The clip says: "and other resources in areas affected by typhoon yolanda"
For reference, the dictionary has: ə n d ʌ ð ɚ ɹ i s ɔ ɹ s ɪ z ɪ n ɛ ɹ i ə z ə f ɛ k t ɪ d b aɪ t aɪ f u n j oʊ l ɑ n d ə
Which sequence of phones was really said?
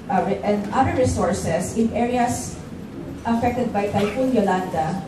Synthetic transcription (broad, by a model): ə n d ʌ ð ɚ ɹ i s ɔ ɹ s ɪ s ɪ n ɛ ɹ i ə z ə f ɛ k t ɪ d b aɪ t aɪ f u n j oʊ l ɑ n d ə